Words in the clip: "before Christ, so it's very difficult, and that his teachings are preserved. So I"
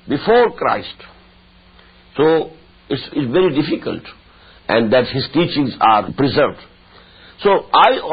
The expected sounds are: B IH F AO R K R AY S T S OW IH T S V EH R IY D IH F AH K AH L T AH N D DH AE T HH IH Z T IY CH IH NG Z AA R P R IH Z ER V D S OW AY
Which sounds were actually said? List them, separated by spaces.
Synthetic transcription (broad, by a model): B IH F AO R K R AY S T S OW IH T S V EH R IY D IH F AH K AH L T AH N D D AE T HH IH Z T IY CH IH NG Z AA R P R IH Z ER V D S OW AY